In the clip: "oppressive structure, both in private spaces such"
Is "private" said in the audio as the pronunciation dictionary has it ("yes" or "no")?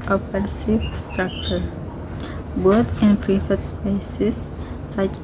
no